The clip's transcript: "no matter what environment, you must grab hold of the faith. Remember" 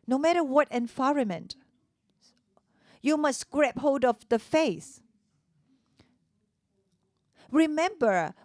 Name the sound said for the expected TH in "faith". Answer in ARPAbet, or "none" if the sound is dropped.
S